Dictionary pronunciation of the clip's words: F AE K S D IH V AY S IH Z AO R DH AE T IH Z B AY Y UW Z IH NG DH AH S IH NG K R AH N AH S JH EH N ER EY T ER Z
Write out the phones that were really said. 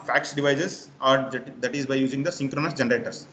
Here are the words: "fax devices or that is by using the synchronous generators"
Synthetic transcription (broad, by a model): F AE K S D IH V AY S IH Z AO R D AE T IH Z B AY Y UW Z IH NG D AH S IH NG K R AH N AH S JH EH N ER EY T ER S